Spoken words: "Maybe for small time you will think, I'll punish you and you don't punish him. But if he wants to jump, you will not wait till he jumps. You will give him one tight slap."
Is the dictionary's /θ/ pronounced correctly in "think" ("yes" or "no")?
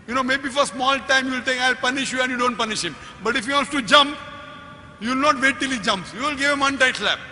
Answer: no